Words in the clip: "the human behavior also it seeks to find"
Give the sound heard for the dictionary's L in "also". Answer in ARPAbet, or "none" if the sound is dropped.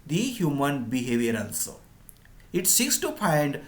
N